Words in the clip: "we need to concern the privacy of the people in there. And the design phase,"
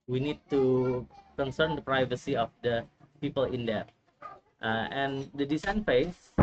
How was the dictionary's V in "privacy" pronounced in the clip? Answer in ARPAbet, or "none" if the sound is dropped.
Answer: V